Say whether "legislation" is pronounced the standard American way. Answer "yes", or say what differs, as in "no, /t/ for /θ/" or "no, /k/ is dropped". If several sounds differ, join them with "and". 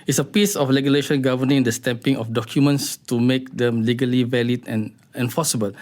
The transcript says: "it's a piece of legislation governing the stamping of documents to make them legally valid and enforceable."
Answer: no, /s/ is dropped